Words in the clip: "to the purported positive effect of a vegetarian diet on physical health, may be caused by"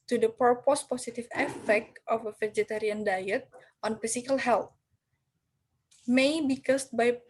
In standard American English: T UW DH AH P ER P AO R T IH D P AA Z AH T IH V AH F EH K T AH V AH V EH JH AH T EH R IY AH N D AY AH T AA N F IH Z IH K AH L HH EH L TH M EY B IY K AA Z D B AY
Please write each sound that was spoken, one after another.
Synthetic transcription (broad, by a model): T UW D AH P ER P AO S P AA S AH T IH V AH F EH K T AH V AH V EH JH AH T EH R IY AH N D AY AH T AA N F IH S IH K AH L HH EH L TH M EY B IY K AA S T B AY